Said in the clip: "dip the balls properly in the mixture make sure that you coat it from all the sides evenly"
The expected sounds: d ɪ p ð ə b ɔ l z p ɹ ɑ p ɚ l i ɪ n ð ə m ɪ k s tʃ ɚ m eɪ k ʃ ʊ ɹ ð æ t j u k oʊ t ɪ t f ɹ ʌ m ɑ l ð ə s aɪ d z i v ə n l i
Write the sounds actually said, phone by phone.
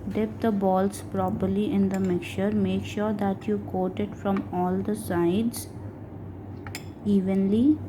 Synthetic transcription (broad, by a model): d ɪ p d ə b ɔ l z p ɹ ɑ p ɚ l i ɪ n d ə m ɪ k tʃ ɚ m eɪ k ʃ ʊ ɹ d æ t j u k oʊ t ɪ t f ɹ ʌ m ɑ l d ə s aɪ d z i v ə n l i